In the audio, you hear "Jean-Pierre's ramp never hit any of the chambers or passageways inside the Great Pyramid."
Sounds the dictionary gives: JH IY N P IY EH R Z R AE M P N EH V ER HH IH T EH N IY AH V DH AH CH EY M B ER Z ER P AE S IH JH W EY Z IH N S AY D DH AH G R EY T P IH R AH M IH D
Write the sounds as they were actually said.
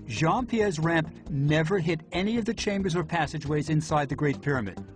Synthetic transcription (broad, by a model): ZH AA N P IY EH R Z R AE M P N EH V ER HH IH T EH N IY AH V DH AH CH EY M B ER Z ER P AE S IH JH W EY Z IH N S AY D DH AH G R EY T P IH R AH M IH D